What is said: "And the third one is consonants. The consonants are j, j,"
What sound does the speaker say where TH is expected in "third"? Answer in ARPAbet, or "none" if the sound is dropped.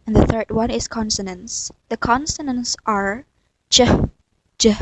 TH